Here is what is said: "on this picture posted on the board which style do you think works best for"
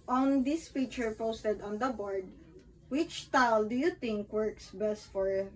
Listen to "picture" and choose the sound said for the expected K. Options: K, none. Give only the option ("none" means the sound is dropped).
none